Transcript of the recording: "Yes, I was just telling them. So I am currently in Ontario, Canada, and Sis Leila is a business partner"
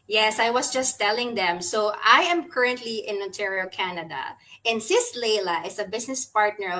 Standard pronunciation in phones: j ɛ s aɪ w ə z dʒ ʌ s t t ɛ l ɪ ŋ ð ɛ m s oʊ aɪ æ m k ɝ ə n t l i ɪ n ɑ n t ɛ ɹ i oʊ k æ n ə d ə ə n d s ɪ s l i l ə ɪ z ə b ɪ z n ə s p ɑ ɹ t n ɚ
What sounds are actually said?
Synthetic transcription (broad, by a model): j ɛ s aɪ w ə s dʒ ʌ s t t ɛ l ɪ ŋ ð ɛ m s oʊ aɪ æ m k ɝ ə n t l i ɪ n ɑ n t ɛ ɹ i oʊ k æ n ə d ə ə n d s ɪ s l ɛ l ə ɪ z ə b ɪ s n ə s p ɑ ɹ t n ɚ